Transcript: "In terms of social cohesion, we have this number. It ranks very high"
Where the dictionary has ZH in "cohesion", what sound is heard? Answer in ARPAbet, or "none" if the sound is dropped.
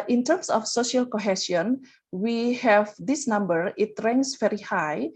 S